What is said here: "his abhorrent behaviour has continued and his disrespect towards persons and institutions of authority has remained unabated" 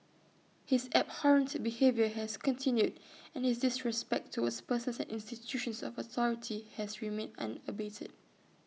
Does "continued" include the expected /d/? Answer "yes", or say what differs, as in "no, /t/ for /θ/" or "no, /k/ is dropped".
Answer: yes